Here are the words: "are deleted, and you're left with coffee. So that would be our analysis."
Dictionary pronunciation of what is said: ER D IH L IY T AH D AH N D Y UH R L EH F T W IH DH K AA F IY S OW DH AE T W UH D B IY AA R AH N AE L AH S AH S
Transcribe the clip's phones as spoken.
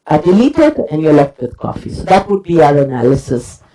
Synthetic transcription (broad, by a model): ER D IH L IY T AH D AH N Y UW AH L EH F T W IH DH K AA F IY S OW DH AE T W UH D B IY AA R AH N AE L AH S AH S